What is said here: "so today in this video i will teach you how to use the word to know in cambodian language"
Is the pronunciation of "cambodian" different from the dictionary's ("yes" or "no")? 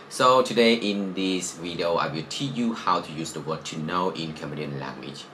yes